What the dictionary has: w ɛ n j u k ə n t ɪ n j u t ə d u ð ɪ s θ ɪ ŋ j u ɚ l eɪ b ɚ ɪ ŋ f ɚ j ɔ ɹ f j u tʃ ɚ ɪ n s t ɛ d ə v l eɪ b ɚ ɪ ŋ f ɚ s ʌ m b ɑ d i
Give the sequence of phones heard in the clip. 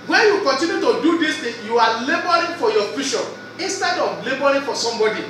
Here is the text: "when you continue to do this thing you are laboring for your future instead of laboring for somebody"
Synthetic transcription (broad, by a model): w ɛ n j u k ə n t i n j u t ə d u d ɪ s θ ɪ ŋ j u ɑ l eɪ b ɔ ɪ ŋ f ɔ j ɔ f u ʃ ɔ ɪ n s t ɛ d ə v l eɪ b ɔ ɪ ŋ f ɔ s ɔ m b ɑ d i